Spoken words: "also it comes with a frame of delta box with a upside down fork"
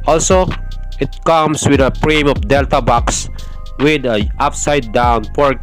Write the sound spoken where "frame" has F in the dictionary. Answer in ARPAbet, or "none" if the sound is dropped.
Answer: P